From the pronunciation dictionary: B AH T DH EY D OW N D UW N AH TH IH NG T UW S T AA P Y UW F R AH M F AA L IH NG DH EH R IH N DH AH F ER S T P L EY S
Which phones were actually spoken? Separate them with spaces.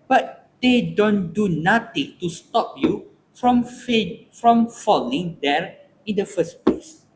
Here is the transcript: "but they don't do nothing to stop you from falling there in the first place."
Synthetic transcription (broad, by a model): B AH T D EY D OW N D UW N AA T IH NG T UW S T AA P Y UW F R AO M F AA L IH NG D EH R IH N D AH F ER S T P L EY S